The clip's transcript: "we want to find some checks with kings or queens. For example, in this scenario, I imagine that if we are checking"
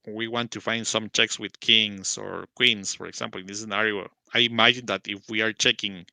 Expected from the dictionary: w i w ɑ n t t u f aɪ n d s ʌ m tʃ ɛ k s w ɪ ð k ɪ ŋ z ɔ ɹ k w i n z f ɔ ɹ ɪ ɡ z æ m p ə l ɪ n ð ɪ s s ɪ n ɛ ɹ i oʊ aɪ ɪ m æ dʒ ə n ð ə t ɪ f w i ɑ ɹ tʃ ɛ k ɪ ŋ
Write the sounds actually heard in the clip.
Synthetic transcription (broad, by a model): w i w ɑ n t t u f aɪ n d s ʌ m tʃ ɛ k s w ɪ ð k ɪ ŋ s ɔ ɹ k w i n s f ɔ ɹ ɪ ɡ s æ m p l ɪ n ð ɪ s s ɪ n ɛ ɹ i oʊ aɪ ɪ m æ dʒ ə n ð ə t ɪ f w i ɑ ɹ tʃ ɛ k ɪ ŋ